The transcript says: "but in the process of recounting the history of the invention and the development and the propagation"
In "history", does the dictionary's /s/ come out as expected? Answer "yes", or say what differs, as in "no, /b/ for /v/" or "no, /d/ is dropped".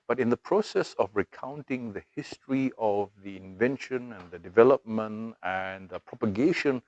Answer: yes